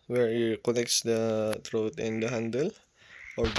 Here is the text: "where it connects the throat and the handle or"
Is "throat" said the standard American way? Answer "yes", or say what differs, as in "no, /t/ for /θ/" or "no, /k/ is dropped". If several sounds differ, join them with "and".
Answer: no, /t/ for /θ/